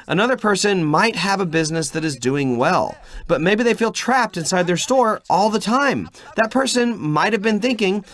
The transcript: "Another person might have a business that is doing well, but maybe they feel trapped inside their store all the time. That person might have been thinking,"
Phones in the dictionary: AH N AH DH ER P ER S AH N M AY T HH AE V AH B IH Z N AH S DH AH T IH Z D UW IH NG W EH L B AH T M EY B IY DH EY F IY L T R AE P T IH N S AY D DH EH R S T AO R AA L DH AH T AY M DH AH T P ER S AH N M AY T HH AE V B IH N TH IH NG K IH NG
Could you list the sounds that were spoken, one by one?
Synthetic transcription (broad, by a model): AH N AH DH ER P ER S AH N M AY T HH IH V AH B IH Z N AH S DH AH T IH Z D UW IH NG W EH L B AH T M EY B IY DH EY F IY L T R AE P T IH N S AY D DH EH R S T AO R AA L DH AH T AY M DH AH T P ER S AH N M AY T HH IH V B IH N TH IH NG K IH NG